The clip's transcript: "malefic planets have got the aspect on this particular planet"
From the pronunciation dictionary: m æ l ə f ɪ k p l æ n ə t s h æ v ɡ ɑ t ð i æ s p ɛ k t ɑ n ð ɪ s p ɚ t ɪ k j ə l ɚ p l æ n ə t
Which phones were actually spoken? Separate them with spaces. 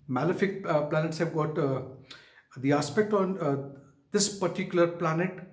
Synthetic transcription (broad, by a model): m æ l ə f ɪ k p l æ n ə t s h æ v ɡ ɑ t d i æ s p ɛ k t ɑ n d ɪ s p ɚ t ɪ k j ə l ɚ p l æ n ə t